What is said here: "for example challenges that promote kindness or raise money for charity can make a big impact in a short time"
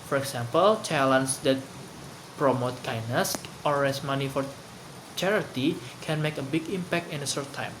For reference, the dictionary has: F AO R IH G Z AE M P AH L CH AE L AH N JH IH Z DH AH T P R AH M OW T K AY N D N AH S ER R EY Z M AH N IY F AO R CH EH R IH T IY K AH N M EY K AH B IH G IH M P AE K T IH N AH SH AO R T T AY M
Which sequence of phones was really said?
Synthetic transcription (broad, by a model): F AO R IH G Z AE M P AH L CH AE L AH N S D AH T P R AH M OW T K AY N N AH S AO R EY S M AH N IY F AO R CH EH R IH T IY K AH N M EY K AH B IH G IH M P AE K T IH N AH S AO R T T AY M